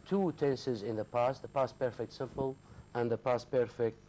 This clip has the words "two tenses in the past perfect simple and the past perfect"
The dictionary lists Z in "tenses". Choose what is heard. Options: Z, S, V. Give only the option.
Z